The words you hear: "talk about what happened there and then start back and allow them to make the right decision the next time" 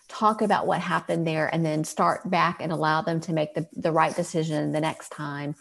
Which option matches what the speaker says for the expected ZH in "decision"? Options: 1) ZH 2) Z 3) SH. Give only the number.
1